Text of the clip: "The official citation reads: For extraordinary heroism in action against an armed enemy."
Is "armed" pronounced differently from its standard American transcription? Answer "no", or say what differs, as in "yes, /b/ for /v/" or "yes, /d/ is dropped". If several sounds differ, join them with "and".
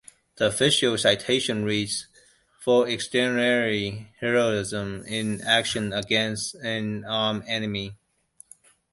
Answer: yes, /d/ is dropped